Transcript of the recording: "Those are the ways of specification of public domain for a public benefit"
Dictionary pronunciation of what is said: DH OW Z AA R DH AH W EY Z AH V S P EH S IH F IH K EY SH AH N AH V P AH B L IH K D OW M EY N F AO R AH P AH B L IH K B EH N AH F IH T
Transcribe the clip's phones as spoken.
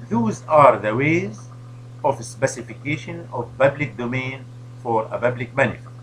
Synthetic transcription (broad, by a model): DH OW Z AA R DH AH W EY Z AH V S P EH S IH F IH K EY SH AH N AH V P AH B L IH K D OW M EY N F AO R AH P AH B L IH K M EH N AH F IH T